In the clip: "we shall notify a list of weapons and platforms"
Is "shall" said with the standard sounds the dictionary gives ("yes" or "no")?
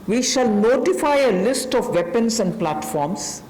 yes